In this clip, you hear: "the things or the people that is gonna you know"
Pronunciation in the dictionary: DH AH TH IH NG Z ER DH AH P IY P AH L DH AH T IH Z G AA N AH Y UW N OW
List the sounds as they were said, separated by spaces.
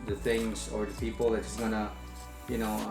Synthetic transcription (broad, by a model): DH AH TH IH NG Z ER DH AH P IY P L DH AH T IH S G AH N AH Y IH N OW